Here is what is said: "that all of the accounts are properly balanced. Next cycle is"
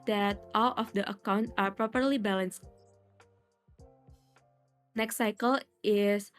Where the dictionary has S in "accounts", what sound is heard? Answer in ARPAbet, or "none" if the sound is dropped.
none